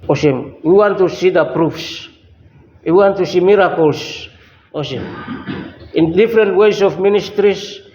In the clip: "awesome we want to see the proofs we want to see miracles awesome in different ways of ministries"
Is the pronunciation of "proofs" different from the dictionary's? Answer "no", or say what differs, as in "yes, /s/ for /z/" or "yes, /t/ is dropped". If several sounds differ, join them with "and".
no